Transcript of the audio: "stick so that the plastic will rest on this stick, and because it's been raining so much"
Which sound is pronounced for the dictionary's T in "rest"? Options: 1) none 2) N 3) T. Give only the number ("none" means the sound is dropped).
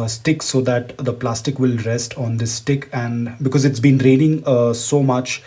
3